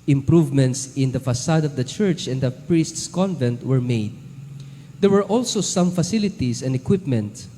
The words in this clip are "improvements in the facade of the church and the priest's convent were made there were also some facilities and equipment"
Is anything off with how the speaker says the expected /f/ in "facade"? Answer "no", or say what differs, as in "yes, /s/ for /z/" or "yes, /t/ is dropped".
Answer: no